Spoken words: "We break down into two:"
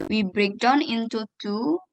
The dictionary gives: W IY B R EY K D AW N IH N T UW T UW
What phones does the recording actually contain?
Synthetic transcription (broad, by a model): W IY B R EY K D AW N IH N T UW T UW